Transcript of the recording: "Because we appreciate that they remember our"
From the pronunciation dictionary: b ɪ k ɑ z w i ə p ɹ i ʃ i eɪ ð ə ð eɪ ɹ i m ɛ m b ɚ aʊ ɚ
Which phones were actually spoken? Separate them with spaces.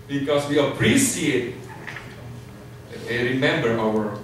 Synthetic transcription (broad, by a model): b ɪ k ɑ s w i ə p ɹ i s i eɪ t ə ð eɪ ɹ i m ɛ m b ɚ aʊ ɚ